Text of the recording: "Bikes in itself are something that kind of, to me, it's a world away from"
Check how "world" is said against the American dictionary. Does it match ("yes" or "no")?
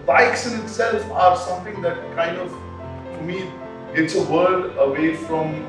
no